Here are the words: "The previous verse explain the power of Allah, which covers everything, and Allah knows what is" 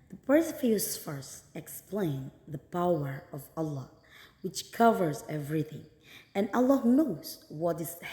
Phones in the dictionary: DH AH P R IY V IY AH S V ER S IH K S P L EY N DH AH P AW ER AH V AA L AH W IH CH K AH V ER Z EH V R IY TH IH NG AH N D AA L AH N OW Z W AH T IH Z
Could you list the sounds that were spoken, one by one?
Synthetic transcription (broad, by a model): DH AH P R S F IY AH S F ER S IH K S P L EY N DH AH P AW ER AH V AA L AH W IH CH K AH V ER Z EH V R IY TH IH NG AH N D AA L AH N OW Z W AH T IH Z